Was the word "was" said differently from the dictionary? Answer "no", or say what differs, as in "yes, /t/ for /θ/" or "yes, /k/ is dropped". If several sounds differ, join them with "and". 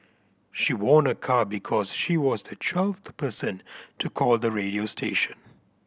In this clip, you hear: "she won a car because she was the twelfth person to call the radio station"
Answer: no